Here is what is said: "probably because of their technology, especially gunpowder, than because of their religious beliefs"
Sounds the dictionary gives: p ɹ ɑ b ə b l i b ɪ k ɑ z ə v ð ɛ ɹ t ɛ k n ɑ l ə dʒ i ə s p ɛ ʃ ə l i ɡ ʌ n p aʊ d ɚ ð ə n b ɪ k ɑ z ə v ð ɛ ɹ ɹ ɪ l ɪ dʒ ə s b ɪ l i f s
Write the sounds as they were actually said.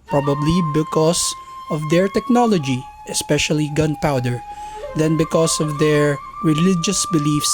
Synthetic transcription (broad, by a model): p ɹ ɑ b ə b l i b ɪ k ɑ s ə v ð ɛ ɹ t ɛ k n ɑ l ə dʒ i ə s p ɛ ʃ ə l i ɡ ʌ n p aʊ d ɚ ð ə n b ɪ k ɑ s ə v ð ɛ ɹ ɹ ɪ l ɪ dʒ ə s b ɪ l i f s